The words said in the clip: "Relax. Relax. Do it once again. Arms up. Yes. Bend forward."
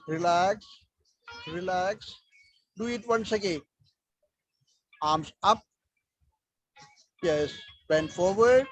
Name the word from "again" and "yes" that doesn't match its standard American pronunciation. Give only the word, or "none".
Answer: again